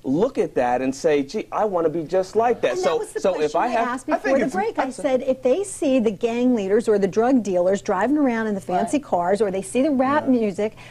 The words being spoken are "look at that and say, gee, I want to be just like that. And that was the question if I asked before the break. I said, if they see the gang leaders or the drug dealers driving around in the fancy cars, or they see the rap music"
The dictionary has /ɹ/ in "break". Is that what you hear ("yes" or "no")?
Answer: yes